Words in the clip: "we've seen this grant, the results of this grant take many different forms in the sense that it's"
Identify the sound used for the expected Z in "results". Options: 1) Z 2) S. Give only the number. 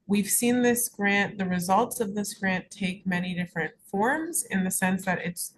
1